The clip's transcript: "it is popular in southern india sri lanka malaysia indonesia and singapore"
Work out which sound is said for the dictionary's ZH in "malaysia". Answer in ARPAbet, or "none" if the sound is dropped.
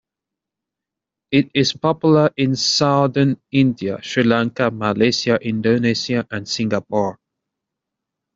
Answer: S